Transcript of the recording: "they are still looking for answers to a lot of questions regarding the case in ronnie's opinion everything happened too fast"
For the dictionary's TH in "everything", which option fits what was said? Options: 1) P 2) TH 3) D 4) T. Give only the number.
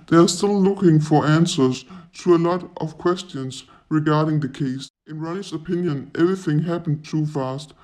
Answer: 2